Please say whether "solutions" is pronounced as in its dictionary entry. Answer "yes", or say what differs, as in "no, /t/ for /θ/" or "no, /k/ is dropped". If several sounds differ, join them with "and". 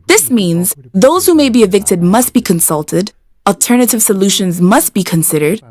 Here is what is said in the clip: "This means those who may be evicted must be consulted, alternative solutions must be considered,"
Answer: yes